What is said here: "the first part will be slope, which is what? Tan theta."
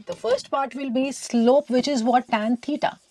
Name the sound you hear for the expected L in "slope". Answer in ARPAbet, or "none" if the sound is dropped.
L